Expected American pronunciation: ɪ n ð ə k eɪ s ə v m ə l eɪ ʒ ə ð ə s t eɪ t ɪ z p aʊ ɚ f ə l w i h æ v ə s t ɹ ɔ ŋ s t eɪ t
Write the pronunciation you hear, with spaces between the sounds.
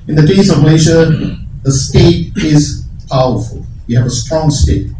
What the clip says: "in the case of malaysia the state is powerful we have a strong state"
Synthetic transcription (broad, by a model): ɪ n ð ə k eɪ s ə v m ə ɪ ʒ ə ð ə s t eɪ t ɪ z p aʊ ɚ f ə l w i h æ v ə s t ɹ ɔ ŋ s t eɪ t